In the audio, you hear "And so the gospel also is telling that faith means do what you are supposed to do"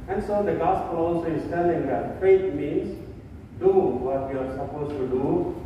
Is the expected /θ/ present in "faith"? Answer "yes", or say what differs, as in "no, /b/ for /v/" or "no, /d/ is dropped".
no, /t/ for /θ/